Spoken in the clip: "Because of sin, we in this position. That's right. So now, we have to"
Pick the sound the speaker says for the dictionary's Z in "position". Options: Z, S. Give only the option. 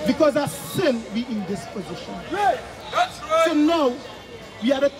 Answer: Z